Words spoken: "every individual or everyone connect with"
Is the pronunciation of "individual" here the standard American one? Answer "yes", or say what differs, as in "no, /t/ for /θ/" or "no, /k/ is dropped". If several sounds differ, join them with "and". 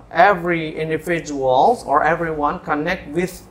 no, /f/ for /v/